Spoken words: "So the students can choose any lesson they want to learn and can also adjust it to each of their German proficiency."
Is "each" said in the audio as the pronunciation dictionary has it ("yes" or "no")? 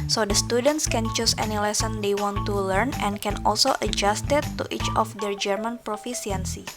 yes